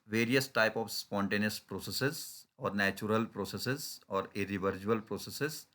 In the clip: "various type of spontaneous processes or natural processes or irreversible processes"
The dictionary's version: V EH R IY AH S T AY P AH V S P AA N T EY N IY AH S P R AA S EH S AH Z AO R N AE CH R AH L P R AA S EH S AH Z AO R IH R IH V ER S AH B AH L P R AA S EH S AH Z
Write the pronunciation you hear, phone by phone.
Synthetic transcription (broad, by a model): V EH R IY AH S T AY P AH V S P AA N T EY N IY AH S P R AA S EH S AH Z AO R N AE CH R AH L P R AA S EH S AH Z AO R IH R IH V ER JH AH AH L P R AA S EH S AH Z